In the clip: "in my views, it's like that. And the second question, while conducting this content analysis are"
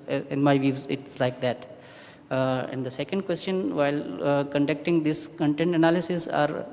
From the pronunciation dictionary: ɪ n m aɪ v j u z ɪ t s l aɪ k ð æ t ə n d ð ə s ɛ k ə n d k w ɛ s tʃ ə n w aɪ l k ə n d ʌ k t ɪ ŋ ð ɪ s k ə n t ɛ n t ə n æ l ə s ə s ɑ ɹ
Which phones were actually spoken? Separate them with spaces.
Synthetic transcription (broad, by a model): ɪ n m aɪ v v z ɪ t s l aɪ k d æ t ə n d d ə s ɛ k ə n d k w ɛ s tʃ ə n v aɪ l k ə n d ʌ k t ɪ ŋ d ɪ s k ə n t ɛ n t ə n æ l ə s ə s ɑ ɹ